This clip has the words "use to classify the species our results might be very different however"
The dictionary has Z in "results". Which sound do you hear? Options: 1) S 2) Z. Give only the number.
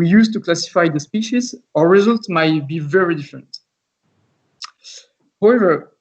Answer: 2